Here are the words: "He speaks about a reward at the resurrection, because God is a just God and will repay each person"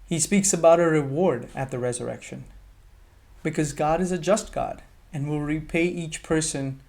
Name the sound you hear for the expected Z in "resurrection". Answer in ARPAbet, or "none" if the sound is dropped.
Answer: Z